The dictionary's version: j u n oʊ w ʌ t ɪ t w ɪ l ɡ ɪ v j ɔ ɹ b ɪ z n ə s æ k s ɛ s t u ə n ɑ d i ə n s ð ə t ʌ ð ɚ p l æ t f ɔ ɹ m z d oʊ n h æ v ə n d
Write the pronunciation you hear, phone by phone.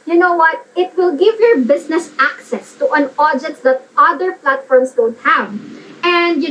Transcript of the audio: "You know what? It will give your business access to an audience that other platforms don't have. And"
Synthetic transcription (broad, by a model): j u n oʊ w ʌ t ɪ t w ɪ l ɡ ɪ v j ɔ ɹ b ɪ s n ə s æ k s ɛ s t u ə n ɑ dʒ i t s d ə t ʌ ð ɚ p l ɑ t f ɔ ɹ m s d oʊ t h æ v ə n d